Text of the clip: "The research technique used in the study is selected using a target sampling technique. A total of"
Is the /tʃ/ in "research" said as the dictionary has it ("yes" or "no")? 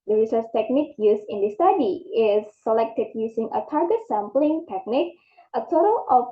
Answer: no